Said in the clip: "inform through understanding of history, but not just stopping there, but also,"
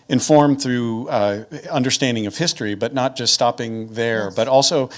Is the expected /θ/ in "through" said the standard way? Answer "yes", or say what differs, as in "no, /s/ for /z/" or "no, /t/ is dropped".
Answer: yes